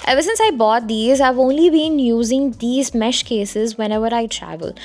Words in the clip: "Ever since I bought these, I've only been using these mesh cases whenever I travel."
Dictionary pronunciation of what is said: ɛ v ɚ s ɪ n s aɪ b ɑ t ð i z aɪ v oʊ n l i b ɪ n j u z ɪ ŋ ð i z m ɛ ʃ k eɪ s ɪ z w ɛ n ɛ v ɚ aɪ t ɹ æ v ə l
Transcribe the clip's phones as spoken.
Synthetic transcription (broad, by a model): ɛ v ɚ s ɪ n s aɪ b ɑ t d i z aɪ v oʊ n l i b ɪ n j u z ɪ ŋ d i z m ɛ ʃ k eɪ s ɪ z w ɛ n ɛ v ɚ aɪ t ɹ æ v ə l